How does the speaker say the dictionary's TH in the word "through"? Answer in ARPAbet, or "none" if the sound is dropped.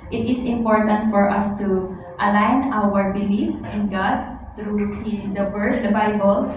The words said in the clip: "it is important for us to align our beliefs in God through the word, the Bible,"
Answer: T